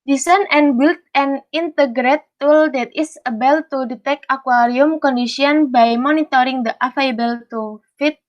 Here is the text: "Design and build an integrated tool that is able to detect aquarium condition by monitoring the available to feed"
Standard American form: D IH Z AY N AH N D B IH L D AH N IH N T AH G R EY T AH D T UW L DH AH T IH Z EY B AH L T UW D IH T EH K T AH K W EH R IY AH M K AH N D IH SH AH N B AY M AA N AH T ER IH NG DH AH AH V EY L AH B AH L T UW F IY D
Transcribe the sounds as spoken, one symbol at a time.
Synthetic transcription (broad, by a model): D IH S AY N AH N B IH L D AH N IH N T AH G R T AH T UW L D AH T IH S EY B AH L T UW D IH T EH K AH K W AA R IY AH M K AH N D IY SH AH N B AY M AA N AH T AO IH NG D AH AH F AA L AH B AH L T UW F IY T